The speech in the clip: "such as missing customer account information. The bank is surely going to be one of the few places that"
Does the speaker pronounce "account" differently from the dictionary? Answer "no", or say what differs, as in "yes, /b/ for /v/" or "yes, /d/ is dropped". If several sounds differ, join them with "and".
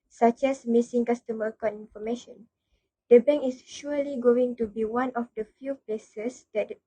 yes, /t/ is dropped